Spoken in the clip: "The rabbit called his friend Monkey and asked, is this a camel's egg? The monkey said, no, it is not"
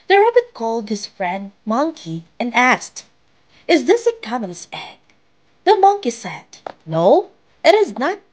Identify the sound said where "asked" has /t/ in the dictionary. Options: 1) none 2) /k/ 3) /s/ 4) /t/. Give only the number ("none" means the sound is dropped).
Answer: 4